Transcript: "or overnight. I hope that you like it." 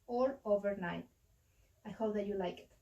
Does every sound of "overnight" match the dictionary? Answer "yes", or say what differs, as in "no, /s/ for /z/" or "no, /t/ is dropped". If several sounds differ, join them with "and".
yes